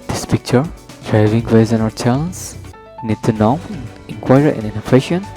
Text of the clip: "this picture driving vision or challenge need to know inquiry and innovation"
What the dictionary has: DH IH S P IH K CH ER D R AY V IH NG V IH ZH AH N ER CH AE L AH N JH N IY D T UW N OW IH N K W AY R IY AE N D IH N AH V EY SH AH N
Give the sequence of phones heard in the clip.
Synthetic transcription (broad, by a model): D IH S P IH K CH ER D R AY V IH NG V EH Z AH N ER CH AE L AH N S N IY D T UW N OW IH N K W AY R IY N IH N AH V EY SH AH N